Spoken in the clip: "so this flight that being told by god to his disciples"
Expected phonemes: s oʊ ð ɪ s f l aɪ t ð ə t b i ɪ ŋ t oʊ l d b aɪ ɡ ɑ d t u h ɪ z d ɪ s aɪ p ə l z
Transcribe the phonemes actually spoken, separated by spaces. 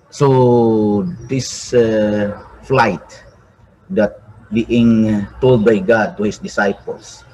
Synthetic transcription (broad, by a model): s oʊ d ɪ s f l aɪ t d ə t b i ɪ ŋ t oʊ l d b aɪ ɡ ɑ d t u h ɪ s d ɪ s aɪ p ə l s